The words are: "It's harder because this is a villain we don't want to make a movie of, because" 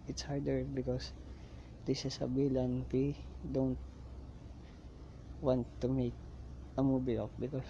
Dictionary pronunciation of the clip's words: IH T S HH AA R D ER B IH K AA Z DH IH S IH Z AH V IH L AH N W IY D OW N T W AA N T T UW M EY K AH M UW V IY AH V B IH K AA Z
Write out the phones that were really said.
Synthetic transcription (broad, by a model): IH T S HH AA R D ER B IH K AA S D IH S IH S AH B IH L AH N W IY D OW N T W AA N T T UW M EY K AH M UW B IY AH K B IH K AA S